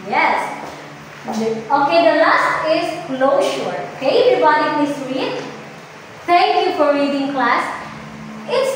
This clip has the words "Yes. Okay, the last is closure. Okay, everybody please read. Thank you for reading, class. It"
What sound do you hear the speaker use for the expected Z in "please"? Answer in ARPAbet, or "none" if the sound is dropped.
S